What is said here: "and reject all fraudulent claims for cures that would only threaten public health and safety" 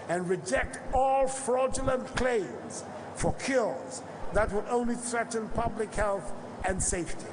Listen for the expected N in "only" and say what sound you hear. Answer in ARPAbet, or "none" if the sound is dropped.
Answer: N